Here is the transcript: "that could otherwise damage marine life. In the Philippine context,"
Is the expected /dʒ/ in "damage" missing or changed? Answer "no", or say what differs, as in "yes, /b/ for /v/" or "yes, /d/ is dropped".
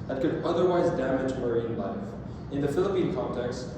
no